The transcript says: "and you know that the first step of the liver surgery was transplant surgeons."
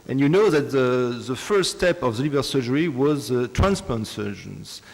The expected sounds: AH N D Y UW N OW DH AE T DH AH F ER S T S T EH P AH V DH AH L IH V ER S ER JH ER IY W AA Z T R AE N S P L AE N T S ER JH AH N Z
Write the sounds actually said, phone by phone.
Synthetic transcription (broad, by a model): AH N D Y UW N OW DH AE T DH AH F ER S S T EH P AH V DH AH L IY B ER S ER JH ER IY W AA Z T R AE N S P AO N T S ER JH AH N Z